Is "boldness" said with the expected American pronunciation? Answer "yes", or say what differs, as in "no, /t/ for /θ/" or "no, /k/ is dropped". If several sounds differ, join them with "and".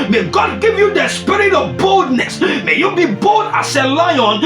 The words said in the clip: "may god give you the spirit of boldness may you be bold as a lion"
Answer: yes